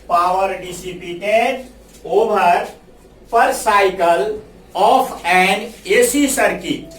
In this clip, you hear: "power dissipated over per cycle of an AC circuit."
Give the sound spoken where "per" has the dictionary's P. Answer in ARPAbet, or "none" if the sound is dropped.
P